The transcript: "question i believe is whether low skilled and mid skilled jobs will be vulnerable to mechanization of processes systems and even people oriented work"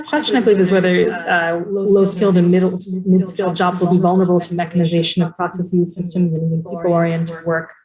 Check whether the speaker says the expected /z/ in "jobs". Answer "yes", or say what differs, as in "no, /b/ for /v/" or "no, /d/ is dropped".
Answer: yes